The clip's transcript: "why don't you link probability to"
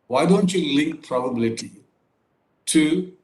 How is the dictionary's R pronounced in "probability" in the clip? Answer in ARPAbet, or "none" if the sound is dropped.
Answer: R